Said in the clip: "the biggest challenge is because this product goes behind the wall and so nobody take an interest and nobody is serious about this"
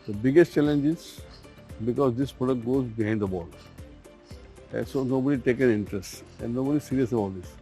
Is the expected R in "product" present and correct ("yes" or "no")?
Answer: yes